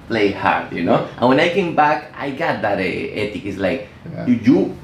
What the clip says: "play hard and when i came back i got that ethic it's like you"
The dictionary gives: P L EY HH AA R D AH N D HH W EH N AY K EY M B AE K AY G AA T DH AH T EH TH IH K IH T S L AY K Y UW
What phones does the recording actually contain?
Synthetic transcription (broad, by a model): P L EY HH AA R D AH N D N W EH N AY K EY M B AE K AY G AA T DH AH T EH T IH K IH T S L AY K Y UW